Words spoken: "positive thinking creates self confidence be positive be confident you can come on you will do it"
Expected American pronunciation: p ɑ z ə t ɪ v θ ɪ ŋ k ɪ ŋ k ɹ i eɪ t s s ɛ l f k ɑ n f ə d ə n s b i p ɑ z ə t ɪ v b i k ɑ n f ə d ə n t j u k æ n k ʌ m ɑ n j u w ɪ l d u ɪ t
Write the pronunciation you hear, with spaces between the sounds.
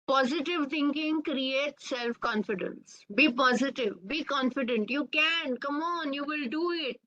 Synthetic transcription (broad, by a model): p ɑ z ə t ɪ v t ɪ ŋ k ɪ ŋ k ɹ i eɪ t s s ɛ l f k ɑ n f ə d ə n s b i p ɑ z ə t ɪ v b i k ɑ n f ə d ə n t j u k æ n k ʌ m ɑ n j u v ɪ l d u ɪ t